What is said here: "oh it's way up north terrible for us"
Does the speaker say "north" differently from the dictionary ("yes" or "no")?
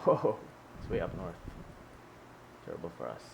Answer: no